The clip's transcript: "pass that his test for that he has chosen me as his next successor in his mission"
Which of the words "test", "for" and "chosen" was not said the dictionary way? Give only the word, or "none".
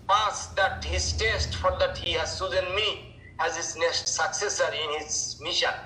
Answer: chosen